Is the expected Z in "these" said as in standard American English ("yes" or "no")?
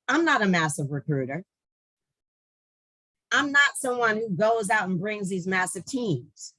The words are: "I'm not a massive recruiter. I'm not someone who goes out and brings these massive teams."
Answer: yes